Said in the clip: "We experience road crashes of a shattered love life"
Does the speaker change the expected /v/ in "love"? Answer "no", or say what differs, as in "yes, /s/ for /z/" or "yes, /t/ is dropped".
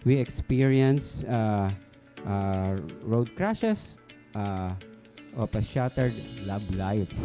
yes, /b/ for /v/